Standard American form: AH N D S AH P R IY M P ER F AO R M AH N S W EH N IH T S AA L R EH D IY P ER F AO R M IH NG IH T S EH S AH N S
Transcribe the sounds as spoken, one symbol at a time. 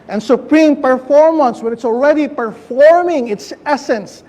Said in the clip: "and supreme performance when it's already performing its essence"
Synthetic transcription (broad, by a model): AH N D S AH P R IY M P ER F AO R M AH N S W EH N IH T S AA L R EH D IY P ER F AO R M IH NG IH T S EH S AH N S